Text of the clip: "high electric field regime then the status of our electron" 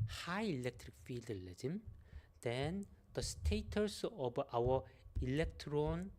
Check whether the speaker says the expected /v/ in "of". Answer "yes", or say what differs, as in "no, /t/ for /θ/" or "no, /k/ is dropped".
no, /b/ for /v/